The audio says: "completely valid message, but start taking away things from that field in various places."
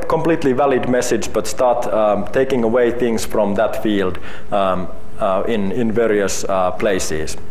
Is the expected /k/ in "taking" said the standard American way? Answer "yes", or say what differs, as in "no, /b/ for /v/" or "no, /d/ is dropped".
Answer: yes